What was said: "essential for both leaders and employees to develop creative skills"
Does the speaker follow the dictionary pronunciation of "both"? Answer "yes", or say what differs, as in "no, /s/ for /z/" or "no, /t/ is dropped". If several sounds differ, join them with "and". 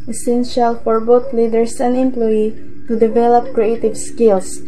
no, /t/ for /θ/